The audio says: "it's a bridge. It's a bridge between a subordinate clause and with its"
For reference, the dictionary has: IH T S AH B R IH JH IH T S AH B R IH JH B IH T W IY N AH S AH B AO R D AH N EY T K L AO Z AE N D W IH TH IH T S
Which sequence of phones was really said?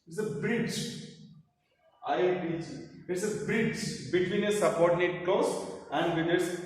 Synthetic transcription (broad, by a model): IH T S AH B R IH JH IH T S AH B R IH JH B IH T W IY N AH S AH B AO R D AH N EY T K AO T AE N D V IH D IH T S